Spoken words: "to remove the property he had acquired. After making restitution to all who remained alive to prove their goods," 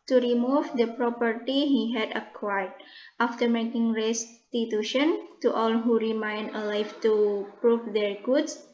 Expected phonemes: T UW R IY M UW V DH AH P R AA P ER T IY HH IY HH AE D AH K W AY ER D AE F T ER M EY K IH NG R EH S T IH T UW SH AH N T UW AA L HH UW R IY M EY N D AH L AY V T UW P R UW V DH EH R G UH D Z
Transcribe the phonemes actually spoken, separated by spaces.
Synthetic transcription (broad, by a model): T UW R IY M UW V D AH P R AA P ER T IY HH IY HH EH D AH K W AY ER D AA F T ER M EY K IH NG R EH S T IH T UW SH AH N T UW AA L HH UW R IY M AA N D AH L AY F T UW P R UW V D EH R G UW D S